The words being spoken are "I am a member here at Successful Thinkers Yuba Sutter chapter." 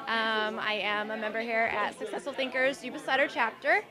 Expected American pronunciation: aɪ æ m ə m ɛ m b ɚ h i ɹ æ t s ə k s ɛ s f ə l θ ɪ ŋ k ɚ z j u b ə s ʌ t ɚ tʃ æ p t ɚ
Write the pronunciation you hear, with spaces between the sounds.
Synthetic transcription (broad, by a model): aɪ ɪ m ə m ɛ m b ɚ h i ɹ æ t s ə k s ɛ s f l θ ɪ ŋ k ɚ z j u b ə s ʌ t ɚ tʃ æ p t ɚ